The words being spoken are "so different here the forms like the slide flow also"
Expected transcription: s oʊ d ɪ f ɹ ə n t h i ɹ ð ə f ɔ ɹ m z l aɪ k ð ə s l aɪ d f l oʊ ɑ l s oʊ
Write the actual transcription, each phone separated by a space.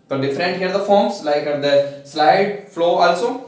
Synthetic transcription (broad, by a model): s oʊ d ɪ f ɹ ə n t h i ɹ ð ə f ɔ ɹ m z l aɪ k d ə s l aɪ d f l oʊ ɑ l s oʊ